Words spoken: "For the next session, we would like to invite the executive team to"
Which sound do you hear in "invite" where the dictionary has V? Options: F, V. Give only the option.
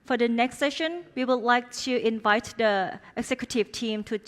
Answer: V